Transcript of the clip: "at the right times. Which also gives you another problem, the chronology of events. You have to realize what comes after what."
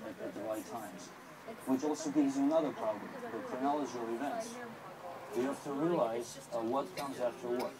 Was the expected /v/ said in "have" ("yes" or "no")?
no